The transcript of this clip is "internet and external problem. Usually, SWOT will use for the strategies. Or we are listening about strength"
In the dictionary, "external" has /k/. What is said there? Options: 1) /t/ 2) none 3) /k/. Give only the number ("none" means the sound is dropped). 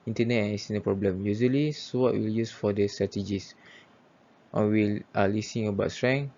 2